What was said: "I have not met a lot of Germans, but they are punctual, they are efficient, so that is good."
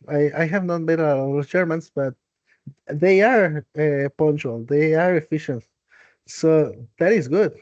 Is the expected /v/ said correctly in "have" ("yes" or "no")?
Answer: yes